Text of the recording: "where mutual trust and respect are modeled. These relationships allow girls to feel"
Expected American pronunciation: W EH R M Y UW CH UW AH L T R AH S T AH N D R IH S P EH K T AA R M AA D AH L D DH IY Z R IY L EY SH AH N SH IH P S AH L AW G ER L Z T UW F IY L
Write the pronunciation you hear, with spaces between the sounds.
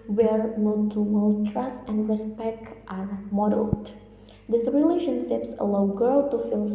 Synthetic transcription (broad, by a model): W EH R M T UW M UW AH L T R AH S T AH N D R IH S P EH K T AA R M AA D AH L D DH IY S R IY L EY SH AH N SH IH P S AH L AW G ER L T UW F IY L